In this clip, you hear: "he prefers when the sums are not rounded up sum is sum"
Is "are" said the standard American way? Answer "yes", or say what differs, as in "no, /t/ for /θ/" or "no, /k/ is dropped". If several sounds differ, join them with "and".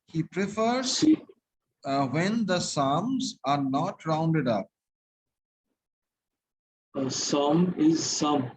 yes